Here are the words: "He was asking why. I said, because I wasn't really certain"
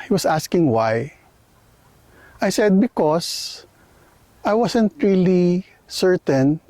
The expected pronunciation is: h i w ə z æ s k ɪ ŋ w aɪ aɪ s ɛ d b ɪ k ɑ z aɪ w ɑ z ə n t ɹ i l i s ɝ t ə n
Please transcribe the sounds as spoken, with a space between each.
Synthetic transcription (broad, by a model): h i w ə s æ s k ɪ ŋ w aɪ aɪ s ɛ d b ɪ k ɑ s aɪ w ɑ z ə n t ɹ i l i s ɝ t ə n